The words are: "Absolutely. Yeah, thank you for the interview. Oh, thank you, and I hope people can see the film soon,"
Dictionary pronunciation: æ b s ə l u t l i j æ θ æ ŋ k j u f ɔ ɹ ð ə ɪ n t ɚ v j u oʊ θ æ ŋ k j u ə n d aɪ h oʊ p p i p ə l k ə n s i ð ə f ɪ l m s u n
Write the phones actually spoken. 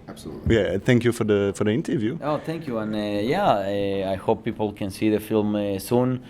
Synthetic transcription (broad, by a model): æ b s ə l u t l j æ θ æ ŋ k j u f ɔ ɹ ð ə ɪ n t ɚ v j u oʊ θ æ ŋ k j u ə n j aɪ h oʊ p p i p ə l k ə n s i ð ə f ɪ l m s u n